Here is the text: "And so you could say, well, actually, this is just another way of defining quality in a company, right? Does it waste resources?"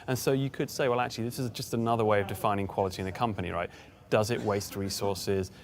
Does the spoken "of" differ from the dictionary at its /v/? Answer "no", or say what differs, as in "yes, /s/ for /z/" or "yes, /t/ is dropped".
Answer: no